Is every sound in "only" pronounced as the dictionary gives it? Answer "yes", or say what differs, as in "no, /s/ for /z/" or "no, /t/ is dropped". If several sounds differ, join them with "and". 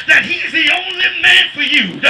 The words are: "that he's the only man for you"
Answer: yes